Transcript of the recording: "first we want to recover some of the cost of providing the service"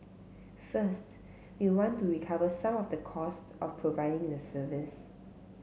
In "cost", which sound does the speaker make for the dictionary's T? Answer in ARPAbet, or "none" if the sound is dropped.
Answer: T